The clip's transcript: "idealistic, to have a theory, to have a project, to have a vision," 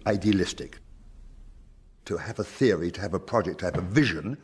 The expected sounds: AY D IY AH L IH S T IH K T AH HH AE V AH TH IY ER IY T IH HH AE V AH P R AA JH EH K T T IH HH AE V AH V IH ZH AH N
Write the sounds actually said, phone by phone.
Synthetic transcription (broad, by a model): AY D IY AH L IH S T IH K T AH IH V AH TH IY ER IY T IH V AH P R AA JH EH K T T IH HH V AH V IH ZH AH N